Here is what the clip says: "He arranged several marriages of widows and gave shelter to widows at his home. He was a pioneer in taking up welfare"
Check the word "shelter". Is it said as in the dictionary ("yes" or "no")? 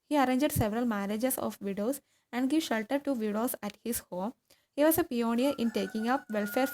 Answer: yes